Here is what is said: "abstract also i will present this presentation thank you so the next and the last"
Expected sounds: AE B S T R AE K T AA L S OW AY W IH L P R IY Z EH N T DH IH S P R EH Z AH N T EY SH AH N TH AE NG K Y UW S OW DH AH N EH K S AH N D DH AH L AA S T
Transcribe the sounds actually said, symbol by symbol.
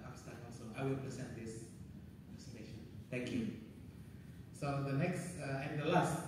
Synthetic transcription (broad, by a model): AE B S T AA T AA L S OW AY W IH L P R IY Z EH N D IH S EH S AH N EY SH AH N T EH NG K Y UW S OW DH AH N EH K S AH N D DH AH L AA S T